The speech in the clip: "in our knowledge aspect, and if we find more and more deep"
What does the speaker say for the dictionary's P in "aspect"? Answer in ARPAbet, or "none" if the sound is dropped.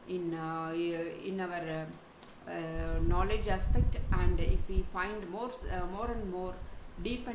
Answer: P